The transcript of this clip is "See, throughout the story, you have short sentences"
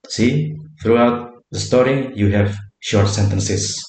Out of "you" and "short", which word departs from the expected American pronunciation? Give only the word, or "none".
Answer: none